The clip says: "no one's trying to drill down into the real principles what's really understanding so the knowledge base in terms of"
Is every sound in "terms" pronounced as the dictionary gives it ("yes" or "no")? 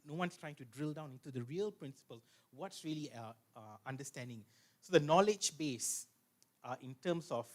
no